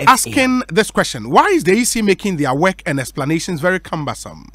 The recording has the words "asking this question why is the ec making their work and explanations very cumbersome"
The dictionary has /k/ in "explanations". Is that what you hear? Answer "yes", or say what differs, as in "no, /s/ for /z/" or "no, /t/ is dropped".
yes